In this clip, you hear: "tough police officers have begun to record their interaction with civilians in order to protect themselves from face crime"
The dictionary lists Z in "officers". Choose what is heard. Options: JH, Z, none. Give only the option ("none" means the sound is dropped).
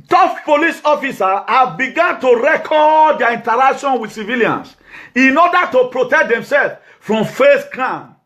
none